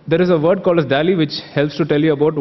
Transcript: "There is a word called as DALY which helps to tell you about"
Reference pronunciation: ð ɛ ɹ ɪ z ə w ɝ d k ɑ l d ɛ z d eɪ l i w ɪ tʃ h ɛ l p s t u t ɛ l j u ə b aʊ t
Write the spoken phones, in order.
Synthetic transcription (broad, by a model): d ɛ ɹ ɪ z ə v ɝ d k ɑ l ʌ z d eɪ l i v ɪ tʃ h ɛ l p s t u t ɛ l j u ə b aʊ t